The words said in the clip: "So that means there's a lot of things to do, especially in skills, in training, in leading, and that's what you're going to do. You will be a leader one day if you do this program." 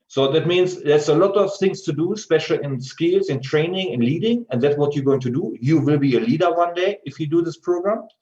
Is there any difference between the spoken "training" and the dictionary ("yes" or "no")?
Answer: no